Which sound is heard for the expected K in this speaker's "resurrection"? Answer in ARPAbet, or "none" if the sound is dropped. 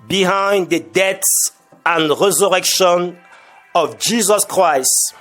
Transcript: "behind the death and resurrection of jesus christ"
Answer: K